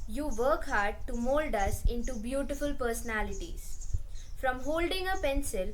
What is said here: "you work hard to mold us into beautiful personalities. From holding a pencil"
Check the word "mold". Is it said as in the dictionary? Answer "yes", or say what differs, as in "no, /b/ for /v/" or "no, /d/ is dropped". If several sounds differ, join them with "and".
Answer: yes